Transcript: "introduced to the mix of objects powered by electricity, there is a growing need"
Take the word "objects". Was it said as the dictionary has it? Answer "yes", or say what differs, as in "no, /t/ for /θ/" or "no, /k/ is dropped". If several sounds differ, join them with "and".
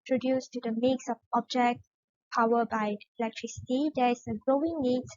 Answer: no, /s/ is dropped